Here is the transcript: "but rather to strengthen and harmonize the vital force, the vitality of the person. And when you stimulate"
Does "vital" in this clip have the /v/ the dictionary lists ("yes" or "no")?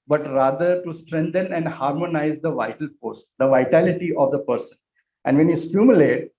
yes